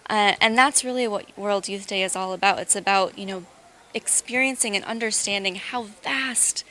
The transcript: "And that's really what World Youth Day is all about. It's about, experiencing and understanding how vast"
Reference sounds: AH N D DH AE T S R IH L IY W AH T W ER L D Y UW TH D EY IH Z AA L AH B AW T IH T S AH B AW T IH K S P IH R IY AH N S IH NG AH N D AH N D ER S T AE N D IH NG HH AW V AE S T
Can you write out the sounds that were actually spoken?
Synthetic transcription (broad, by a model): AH N DH AE T S R IH L IY W AH T W ER L D Y UW TH D EY IH Z AA L AH B AW T IH T S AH B AW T IH K S P IH R IY AH N S IH NG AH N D AH N D ER S T AE N D IH NG HH AW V AE S T